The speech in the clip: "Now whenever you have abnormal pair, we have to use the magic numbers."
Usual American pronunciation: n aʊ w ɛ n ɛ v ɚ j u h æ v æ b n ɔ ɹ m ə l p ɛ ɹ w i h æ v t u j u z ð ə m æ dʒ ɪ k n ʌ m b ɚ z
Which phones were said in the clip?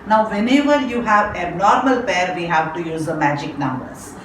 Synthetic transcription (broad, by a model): n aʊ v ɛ n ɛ v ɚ j u h æ v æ n ɔ ɹ m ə l p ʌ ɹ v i h æ v t u j u z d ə m æ dʒ ɪ k n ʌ m b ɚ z